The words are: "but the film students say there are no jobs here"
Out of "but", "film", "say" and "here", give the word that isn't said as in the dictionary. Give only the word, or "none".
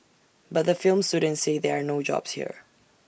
none